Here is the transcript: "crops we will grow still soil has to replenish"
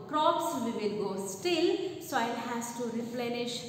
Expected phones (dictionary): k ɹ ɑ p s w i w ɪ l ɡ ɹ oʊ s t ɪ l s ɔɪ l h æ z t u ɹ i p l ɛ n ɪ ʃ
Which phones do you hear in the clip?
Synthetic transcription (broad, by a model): k ɹ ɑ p s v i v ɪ l ɡ oʊ s t ɪ l s ɔɪ l h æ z t u ɹ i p l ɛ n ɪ ʃ